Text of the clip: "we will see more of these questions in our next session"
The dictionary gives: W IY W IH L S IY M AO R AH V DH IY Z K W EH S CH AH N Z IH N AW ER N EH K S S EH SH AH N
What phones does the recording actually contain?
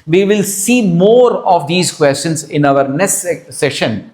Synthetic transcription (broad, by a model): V IY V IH L S IY M AO R AH V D IY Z K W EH S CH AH N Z IH N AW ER N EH S S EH SH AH N